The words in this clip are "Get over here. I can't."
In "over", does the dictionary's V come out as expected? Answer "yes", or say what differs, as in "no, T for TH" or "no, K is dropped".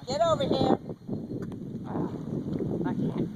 yes